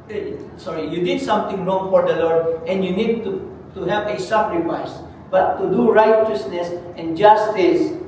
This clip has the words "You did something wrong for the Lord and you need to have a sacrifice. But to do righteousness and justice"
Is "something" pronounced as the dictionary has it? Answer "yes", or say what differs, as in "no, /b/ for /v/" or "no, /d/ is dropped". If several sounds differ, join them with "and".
no, /t/ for /θ/